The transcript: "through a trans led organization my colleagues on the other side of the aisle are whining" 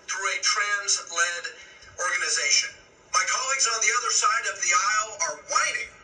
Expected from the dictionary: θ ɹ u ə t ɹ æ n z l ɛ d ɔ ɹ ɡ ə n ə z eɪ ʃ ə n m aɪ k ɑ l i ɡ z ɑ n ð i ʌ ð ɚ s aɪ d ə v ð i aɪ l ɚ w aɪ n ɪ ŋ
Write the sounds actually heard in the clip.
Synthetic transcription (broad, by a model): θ ɹ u ə t ɹ æ n z l ɛ d ɔ ɹ ɡ ə n ə z eɪ ʃ ə n m aɪ k ɑ l i ɡ z n ð i ʌ ð ɚ s aɪ d ə v ð i aɪ l ɚ w aɪ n ɪ ŋ